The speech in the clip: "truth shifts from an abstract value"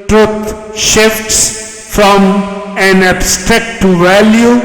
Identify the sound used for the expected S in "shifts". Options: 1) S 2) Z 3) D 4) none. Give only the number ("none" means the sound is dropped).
1